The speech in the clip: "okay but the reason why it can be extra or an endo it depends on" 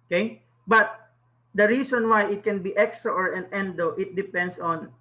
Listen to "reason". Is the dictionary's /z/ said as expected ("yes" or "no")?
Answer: no